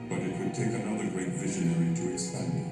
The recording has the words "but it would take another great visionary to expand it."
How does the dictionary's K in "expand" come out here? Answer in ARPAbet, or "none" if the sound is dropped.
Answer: none